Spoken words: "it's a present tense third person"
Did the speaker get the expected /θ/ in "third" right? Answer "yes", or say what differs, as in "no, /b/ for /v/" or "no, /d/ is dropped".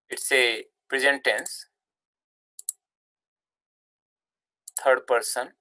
no, /t/ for /θ/